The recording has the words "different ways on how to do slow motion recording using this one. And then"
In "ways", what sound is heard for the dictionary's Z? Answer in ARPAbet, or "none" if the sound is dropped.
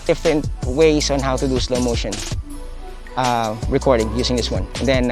S